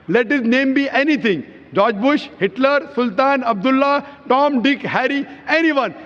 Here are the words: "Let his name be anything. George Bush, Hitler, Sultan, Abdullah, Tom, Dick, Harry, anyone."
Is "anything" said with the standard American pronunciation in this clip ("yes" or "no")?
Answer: no